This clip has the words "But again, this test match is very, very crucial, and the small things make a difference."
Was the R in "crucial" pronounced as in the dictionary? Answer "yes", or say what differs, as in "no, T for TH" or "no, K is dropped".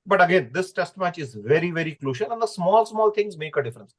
no, L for R